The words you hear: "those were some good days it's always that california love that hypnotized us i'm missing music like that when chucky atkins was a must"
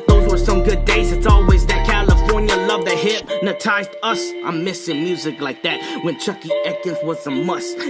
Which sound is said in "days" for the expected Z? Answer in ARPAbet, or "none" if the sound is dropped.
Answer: Z